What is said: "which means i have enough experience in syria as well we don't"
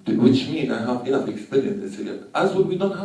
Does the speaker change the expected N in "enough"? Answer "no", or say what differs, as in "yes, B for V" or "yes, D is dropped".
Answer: yes, N is dropped